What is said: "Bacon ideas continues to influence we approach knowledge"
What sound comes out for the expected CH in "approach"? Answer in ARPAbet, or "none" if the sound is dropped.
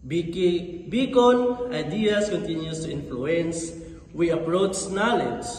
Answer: S